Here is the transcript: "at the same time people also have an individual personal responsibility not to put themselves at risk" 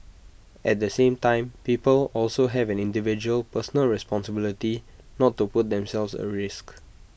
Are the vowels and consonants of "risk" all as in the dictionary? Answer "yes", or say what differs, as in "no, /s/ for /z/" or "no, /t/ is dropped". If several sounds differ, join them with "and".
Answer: yes